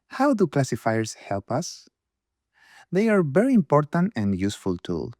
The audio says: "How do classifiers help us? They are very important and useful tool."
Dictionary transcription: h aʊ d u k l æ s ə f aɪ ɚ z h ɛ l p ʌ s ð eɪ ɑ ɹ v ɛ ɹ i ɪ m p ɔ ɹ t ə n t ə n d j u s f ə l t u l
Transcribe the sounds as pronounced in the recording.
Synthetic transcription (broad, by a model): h aʊ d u k l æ s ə f aɪ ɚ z h ɛ l p ʌ s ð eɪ ɑ ɹ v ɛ ɹ i ɪ m p ɔ ɹ t ə n t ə n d j u s f ə l t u l